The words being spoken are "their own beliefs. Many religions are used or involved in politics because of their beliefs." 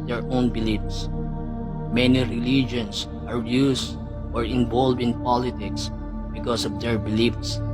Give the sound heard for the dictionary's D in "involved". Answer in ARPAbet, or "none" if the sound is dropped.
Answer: none